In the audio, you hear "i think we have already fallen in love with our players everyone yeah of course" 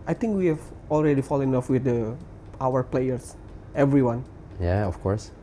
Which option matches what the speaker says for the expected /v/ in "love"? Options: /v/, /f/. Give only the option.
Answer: /f/